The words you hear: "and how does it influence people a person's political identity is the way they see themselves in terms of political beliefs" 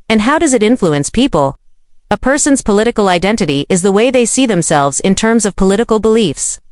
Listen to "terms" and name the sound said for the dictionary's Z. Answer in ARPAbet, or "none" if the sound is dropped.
Z